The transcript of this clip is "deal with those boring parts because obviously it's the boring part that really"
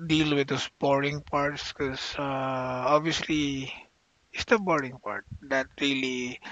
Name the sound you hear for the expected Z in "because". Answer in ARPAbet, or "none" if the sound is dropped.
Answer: none